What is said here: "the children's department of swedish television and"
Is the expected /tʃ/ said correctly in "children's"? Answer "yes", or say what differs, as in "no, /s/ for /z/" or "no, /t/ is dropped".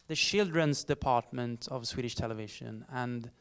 no, /ʃ/ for /tʃ/